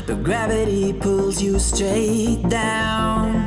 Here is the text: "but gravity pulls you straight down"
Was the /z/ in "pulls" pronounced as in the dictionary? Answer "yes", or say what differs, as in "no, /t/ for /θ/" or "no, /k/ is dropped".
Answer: yes